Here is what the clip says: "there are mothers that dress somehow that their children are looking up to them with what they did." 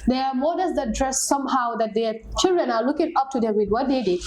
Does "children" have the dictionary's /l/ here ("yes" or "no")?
yes